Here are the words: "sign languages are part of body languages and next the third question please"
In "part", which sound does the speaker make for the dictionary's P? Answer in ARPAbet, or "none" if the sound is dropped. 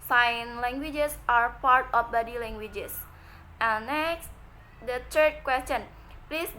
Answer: P